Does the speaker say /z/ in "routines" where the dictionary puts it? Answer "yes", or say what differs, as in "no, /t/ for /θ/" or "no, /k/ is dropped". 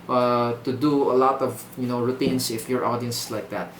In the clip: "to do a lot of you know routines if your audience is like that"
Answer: no, /s/ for /z/